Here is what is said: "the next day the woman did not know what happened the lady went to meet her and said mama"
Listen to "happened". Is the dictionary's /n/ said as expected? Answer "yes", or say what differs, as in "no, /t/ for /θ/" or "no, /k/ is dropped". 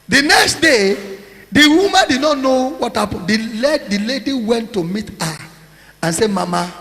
no, /l/ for /n/